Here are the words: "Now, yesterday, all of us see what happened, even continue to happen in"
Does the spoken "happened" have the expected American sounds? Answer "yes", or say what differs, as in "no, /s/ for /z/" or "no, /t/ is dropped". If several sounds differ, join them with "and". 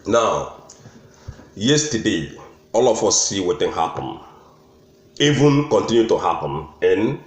no, /d/ is dropped